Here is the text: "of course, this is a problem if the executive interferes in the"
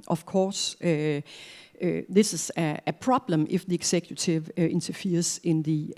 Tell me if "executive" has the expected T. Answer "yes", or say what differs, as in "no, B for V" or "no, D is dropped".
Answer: no, S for T